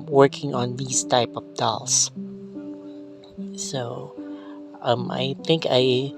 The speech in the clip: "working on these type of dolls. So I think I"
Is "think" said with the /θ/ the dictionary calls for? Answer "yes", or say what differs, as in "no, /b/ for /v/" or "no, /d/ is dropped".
yes